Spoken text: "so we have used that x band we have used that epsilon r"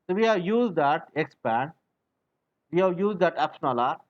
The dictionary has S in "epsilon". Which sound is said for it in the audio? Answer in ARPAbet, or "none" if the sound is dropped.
SH